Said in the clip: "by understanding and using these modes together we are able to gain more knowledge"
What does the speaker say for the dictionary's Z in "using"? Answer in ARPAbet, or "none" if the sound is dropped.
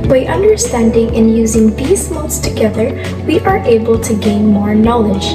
Z